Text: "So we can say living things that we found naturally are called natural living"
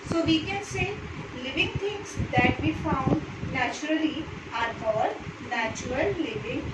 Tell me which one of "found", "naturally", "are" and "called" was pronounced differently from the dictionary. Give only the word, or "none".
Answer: called